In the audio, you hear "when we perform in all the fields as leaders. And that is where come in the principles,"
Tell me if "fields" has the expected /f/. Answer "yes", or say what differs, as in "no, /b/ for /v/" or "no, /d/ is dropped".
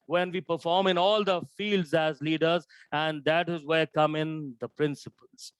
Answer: yes